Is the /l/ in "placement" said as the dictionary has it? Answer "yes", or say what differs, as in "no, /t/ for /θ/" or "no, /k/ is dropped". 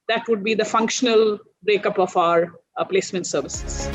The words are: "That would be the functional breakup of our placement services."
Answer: yes